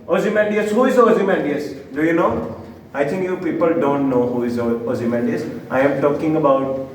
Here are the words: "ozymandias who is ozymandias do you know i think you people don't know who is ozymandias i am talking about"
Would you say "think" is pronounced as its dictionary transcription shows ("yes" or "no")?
no